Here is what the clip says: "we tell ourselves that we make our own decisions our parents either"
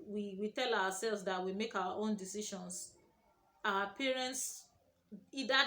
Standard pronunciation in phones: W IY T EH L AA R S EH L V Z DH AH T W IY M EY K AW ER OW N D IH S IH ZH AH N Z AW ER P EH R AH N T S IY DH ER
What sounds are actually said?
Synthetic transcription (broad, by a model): W IY T EH L AA W S EH L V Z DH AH T W IY M EY K AW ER OW N D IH S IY SH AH N S AW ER P EH R AH N T S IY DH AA